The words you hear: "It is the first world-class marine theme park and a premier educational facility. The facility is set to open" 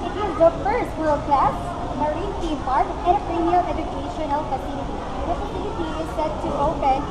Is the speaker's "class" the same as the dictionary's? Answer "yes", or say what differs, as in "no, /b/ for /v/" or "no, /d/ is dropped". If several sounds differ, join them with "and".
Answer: yes